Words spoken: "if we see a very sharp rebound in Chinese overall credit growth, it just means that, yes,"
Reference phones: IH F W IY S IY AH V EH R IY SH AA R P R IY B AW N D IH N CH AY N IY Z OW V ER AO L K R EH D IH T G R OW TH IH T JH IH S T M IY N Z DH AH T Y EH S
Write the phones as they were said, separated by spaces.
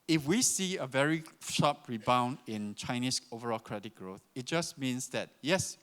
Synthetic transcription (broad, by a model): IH F W IY S IY AH V EH R IY SH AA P R IY B AW N D IH N CH AY N IY S OW V ER AO L K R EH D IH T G R OW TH IH T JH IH S M IY N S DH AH T Y EH S